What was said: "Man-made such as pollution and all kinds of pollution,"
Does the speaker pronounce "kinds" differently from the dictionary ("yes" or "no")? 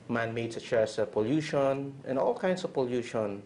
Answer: yes